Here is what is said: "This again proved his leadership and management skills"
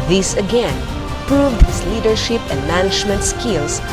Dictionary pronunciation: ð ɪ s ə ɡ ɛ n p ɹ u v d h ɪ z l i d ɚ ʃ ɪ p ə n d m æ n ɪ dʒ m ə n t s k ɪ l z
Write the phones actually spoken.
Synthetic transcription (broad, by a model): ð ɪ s ə ɡ ɛ n p ɹ u v d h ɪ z l i d ɚ ʃ ɪ p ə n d m æ n ɪ dʒ m ə n t s k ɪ l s